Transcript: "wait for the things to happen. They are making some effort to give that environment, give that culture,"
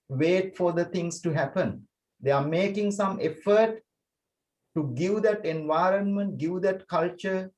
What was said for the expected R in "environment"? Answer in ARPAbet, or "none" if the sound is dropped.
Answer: R